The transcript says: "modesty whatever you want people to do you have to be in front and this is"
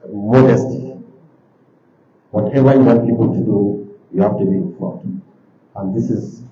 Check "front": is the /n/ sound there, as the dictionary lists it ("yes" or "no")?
no